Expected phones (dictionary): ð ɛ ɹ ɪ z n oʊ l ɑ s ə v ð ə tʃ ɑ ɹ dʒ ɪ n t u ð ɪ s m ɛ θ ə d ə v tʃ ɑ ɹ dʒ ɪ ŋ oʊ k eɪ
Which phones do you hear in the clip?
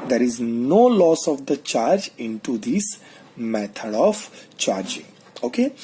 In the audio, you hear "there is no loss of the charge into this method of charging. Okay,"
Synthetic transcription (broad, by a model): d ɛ ɹ ɪ z n oʊ l ɑ s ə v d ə tʃ ɑ ɹ dʒ ɪ n t u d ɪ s m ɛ t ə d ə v tʃ ɑ ɹ dʒ ɪ ŋ oʊ k eɪ